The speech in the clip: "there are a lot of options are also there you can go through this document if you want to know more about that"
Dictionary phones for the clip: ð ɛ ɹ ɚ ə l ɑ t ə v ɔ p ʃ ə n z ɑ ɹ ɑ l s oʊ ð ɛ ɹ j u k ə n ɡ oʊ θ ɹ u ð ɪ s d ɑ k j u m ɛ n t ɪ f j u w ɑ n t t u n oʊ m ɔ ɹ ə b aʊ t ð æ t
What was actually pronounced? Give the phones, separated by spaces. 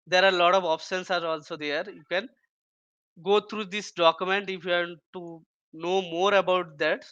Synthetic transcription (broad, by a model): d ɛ ɹ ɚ ə l ɑ t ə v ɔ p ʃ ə n s ɑ ɹ ɑ l s oʊ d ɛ ɹ j u k ə n ɡ oʊ t ɹ u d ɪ s d ɑ k j u m ɛ n t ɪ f j u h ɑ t t u n oʊ m ɔ ɹ ə b aʊ t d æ t